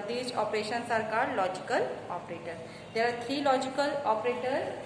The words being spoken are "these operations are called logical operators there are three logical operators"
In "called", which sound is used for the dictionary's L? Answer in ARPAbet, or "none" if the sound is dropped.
none